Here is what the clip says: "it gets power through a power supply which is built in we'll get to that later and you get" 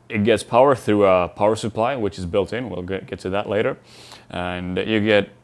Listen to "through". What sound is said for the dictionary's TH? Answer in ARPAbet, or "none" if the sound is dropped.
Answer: TH